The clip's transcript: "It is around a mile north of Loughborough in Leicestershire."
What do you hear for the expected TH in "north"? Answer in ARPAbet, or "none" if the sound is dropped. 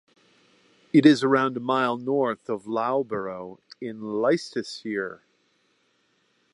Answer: TH